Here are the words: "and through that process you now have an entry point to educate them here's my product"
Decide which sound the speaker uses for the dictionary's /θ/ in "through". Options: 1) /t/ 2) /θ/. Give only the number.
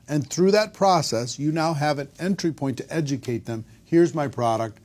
2